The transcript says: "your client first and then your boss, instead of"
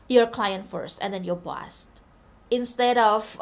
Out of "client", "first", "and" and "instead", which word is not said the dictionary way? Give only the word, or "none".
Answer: none